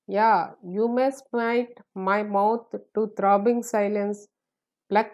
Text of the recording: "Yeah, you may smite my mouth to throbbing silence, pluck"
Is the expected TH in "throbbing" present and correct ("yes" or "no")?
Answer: no